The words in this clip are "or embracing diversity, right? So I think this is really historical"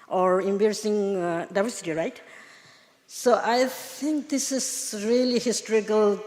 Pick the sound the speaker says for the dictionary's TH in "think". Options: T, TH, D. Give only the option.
T